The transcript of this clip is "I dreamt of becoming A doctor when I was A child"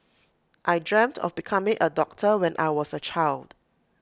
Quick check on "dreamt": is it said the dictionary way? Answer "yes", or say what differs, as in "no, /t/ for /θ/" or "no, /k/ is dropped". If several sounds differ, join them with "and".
yes